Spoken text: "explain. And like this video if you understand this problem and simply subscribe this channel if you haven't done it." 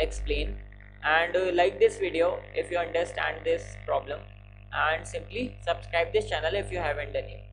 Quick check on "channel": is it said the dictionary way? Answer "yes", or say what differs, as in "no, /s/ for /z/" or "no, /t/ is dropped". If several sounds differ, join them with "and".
yes